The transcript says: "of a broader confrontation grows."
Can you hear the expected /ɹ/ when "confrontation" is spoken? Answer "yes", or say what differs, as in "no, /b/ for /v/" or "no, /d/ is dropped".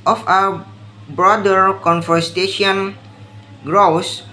no, /ɹ/ is dropped